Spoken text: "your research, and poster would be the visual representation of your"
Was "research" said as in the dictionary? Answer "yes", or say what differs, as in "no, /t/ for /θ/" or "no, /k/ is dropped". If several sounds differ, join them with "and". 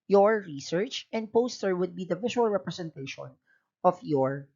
yes